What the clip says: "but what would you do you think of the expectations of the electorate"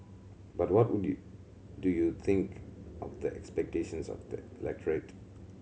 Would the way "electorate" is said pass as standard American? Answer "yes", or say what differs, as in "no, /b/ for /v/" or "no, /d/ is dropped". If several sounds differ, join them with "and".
yes